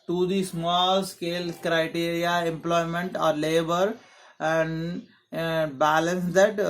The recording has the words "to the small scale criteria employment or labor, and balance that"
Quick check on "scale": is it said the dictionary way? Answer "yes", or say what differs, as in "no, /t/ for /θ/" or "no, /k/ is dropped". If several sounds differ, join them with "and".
yes